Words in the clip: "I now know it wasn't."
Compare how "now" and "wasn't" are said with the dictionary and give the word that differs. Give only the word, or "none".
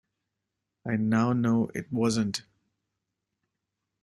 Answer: none